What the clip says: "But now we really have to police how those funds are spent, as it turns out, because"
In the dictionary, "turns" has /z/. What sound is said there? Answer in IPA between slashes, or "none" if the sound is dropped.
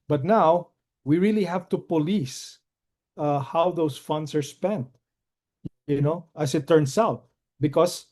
/s/